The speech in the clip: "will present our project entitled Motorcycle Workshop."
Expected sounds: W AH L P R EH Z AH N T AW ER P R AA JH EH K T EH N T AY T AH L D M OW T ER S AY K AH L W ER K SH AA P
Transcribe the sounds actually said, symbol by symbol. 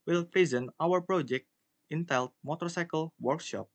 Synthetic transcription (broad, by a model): W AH L P R EH Z AH N T AW ER P R AA JH EH K T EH N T T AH L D M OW T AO S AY K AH L W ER K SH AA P